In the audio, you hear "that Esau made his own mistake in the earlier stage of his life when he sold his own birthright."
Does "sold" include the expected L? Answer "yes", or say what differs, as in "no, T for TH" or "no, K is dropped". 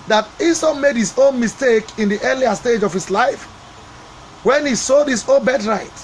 no, L is dropped